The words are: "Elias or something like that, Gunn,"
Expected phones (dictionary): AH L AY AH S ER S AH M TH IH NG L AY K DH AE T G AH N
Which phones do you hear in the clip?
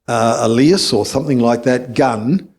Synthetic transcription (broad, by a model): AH L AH S ER S AH M TH IH NG L AY K DH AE T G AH N